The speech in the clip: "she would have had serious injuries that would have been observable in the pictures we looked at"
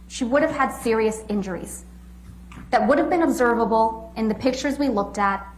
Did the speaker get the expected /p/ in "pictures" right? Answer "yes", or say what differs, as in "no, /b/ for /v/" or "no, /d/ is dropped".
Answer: yes